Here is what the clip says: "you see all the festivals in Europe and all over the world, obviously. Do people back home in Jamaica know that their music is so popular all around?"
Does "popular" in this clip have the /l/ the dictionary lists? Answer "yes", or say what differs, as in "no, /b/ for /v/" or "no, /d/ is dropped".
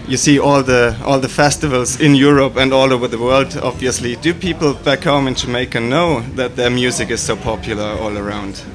yes